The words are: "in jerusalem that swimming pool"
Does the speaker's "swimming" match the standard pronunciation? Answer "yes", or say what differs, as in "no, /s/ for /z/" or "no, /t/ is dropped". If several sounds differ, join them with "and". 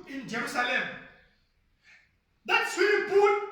no, /m/ is dropped